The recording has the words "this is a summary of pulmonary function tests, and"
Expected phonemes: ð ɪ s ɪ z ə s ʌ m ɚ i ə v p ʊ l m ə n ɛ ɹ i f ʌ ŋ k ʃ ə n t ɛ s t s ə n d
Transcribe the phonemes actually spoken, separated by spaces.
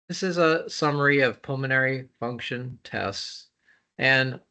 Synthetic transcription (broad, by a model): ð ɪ s ɪ z ə s ʌ m ɚ i ə v p ʊ l m ə n ɛ ɹ i f ʌ ŋ k ʃ ə n t ɛ s t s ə n